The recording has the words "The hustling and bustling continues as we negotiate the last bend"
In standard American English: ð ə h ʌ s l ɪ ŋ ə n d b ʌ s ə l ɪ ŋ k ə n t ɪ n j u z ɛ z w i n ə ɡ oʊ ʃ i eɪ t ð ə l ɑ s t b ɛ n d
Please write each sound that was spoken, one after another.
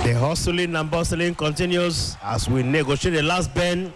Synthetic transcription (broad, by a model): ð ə h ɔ s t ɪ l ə n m b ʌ s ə l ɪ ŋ k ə n t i n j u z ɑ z w i n ə ɡ oʊ ʃ i eɪ t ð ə l ɑ s t b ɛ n